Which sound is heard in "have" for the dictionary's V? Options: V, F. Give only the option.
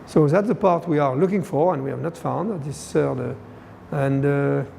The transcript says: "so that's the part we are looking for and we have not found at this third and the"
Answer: V